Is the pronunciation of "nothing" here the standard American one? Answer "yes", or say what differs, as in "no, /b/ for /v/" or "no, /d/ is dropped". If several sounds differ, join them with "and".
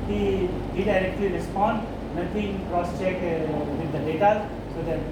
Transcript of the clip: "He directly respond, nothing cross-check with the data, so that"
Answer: no, /t/ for /θ/